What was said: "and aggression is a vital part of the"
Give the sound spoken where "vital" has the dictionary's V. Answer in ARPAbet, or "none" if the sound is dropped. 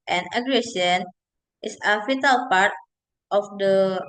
F